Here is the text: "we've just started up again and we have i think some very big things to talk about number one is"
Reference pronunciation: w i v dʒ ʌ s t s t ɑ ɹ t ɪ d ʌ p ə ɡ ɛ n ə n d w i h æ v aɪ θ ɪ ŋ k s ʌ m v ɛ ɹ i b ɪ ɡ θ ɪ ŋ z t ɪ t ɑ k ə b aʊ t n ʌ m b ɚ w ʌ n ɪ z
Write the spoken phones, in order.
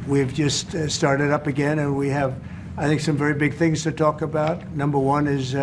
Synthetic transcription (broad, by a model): w i v dʒ ʌ s t s t ɑ ɹ t ɪ d ʌ p ə ɡ ɛ n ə n w i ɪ v aɪ θ ɪ ŋ k s ʌ m v ɛ ɹ i b ɪ ɡ θ ɪ ŋ z t ɪ t ɑ k ə b aʊ t n ʌ m b ɚ w ʌ n ɪ z